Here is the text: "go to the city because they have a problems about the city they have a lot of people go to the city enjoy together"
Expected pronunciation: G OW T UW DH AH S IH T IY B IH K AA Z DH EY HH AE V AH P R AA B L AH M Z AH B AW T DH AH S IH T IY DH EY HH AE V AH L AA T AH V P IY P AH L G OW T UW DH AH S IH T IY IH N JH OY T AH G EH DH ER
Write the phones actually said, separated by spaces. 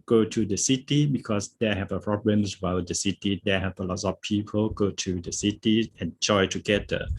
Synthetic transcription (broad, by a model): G OW T UW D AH S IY T IY B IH K AA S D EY HH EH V AH P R AA B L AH M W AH IH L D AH S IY T IY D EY HH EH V AH L AA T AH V P IY P AH L G OW T UW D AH S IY T IY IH N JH OY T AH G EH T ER